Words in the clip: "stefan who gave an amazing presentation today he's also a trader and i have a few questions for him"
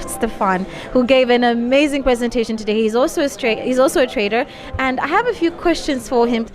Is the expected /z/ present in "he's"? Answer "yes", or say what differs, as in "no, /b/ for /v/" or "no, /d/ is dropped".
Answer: yes